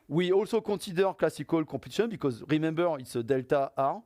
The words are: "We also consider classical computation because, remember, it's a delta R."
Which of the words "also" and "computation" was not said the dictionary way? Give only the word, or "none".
computation